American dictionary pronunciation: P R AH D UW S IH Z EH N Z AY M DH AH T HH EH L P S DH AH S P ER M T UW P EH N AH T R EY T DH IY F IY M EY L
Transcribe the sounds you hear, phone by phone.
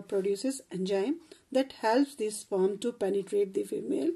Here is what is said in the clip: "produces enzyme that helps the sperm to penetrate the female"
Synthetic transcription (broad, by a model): P R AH D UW S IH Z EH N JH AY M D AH T HH EH L P S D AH S F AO M T UW P EH N AH T R EY T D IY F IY M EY L